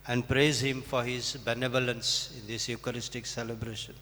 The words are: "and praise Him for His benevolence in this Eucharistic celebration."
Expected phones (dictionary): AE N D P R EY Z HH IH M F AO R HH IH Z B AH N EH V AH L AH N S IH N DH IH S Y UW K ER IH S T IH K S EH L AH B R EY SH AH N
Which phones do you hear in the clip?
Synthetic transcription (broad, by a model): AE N D P R EY Z HH IH M F AO R HH IH Z B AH N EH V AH L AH N S IH N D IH S Y UW K ER IH S T IH K S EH L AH B R EY SH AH N